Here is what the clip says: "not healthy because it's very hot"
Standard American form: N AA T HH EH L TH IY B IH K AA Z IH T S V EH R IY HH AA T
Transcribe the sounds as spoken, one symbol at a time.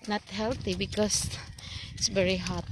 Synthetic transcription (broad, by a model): N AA T HH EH L T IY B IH K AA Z IH T S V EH R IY HH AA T